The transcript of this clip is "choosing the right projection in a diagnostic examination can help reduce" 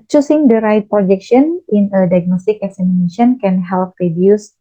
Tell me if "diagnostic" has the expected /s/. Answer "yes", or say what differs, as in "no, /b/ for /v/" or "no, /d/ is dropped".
yes